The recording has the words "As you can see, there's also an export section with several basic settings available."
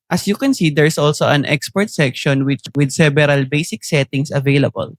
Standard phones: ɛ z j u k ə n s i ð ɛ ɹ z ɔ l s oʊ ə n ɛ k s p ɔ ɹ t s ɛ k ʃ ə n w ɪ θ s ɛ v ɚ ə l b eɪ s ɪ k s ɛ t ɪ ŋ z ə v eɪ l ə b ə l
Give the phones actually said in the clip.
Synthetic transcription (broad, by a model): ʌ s j u k ə n s i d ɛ ɹ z ɔ l s oʊ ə n ɛ k s p ɔ ɹ t s ɛ k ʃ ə n w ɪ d s ɛ b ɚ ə l b eɪ s ɪ k s ɛ t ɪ ŋ s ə v eɪ l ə b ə l